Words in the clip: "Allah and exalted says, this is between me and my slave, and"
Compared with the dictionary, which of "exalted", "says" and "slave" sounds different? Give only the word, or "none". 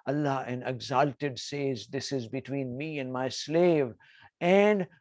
none